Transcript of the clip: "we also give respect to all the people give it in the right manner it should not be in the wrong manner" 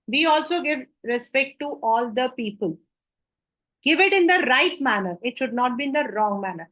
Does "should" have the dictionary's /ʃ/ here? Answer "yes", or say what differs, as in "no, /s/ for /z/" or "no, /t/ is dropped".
yes